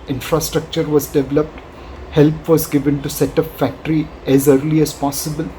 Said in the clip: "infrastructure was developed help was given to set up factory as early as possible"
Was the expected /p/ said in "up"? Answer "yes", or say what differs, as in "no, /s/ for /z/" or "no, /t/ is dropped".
no, /f/ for /p/